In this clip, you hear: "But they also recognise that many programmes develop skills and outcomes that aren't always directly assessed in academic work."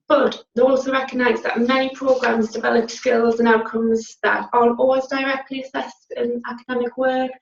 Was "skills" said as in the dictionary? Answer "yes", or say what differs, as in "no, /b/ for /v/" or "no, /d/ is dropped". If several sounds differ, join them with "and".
yes